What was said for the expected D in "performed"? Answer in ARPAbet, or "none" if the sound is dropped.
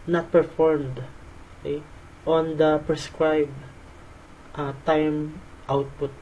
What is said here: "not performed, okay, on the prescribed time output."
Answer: D